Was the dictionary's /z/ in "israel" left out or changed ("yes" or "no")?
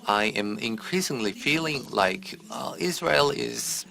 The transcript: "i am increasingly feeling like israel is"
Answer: no